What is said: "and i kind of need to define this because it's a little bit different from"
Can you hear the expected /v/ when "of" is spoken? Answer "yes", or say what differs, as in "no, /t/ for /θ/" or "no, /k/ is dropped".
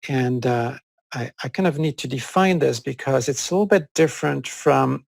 yes